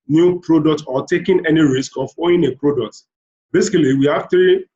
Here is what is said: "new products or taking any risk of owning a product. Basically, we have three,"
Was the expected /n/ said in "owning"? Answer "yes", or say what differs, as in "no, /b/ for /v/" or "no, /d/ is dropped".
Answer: no, /n/ is dropped